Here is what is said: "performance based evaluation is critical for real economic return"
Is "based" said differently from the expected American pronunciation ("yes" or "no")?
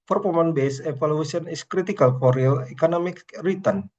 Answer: yes